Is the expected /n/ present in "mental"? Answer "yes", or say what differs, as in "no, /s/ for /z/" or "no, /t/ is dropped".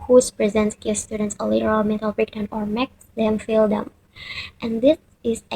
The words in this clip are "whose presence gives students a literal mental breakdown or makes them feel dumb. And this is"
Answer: no, /n/ is dropped